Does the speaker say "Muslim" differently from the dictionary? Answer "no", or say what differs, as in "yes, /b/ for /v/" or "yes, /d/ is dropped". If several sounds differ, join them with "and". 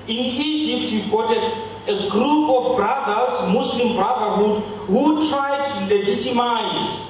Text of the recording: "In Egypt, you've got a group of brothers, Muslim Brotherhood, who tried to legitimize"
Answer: yes, /s/ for /z/